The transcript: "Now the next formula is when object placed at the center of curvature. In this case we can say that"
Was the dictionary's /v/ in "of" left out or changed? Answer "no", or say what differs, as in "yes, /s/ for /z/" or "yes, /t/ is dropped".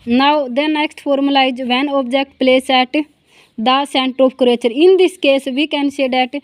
yes, /p/ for /v/